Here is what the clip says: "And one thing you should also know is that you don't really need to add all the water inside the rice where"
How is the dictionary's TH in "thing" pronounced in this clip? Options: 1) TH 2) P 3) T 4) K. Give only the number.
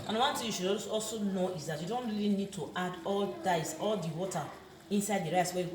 3